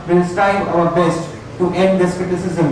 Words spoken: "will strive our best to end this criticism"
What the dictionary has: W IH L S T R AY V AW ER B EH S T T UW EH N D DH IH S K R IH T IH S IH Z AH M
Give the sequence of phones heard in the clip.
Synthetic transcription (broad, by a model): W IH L S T AY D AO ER B EH S T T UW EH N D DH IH S K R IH T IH S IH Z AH M